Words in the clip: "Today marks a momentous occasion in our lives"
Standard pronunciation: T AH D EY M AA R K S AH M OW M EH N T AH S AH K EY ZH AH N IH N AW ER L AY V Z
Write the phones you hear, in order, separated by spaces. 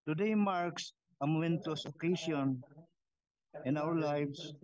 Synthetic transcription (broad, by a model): T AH D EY M AA R K S AH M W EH N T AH S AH K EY S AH N IH N AW ER L AY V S